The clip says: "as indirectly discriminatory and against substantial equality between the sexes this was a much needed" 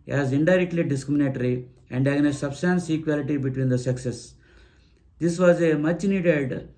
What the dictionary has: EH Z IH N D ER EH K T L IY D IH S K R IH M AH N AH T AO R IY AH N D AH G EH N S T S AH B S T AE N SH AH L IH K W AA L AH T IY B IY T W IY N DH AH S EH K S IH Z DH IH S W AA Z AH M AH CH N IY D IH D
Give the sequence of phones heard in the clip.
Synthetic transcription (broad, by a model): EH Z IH N D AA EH K T L IY D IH S K R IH M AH N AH T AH R IY AH N D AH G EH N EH S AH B S T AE N S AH K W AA L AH T IY B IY T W IY N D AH S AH K S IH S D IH S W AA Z AH M AH CH N IY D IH D